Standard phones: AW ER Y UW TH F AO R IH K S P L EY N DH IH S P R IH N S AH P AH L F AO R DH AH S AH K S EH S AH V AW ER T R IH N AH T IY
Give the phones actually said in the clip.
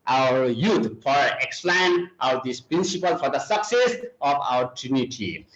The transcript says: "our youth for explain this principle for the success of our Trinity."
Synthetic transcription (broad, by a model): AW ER Y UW T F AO R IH K S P L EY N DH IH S P R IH N S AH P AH L F AO R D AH S AH K S EH S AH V AW ER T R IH N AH T IY